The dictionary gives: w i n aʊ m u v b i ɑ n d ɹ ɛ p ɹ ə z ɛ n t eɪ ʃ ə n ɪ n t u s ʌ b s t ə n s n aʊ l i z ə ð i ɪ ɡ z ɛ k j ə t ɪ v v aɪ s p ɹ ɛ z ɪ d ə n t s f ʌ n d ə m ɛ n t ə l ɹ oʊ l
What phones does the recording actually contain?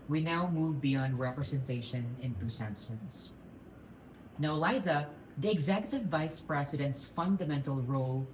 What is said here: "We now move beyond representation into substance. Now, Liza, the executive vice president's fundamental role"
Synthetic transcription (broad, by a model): w i n aʊ m u v b i ɑ n d ɹ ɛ p ɹ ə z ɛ n t eɪ ʃ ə n ɪ n t u s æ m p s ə n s n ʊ l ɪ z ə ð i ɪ ɡ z ɛ k j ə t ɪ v v aɪ s p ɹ ɛ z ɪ d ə n t s f ʌ n d ə m ɛ n t ə l ɹ oʊ l